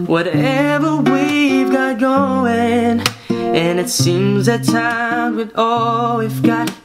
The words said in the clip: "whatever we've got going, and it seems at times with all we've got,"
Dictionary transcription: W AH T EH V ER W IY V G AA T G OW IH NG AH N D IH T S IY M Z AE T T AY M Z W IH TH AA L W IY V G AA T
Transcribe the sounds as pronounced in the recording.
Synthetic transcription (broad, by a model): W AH T EH V ER W IY V G AA T G OW IH NG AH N IH T S IY M Z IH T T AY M W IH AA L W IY F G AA T